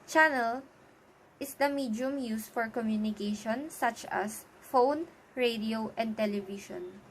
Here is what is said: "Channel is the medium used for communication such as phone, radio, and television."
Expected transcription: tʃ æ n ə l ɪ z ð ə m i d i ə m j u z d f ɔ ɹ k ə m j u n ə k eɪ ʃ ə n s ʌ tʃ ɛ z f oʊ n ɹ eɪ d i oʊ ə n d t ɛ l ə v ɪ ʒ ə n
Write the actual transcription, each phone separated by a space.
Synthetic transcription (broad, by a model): tʃ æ n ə l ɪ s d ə m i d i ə m j u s f ɔ ɹ k ə m j u n ə k eɪ ʃ ə n s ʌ tʃ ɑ s f oʊ n ɹ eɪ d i oʊ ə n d t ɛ l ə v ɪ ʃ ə n